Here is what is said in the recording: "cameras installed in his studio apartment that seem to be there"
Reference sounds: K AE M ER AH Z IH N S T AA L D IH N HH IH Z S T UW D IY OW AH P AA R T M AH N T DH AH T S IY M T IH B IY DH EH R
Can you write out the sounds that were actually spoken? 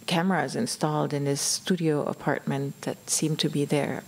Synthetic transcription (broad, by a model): K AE M ER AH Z IH N S T AA L D IH N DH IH S T UW D IY OW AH P AA R T M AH N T DH AH T S IY M T IH B IY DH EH R